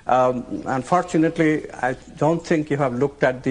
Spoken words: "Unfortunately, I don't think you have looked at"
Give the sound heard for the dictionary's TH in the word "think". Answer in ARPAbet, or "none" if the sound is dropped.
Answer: T